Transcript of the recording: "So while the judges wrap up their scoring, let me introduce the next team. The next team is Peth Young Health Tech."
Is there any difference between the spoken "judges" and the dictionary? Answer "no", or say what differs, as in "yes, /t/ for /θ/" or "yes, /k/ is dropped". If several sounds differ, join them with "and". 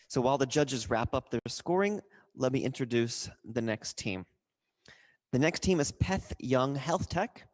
no